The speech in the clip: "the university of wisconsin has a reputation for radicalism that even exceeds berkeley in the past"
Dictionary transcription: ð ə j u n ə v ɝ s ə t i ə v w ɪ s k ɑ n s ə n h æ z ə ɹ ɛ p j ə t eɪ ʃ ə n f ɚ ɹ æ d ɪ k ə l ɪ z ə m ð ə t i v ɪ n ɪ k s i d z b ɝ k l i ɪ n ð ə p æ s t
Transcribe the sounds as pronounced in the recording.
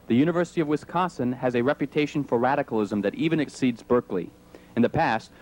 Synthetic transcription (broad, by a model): ð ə j u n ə v ɝ s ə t i ə v w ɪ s k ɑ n s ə n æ z ə ɹ ɛ p j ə t eɪ ʃ n f ɚ ɹ æ d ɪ k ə l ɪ z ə m ð ə t i v ɪ n ɪ k s i d z b ɝ k l i ɪ n ð ə p æ s t